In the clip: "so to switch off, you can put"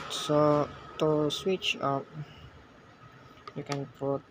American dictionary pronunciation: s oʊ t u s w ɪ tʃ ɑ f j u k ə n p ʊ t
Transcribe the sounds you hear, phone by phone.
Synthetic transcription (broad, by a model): s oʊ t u s w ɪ tʃ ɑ p j u k ə n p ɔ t